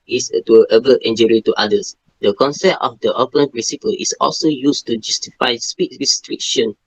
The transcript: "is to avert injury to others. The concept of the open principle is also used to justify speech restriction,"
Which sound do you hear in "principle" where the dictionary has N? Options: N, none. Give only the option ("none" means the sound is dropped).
none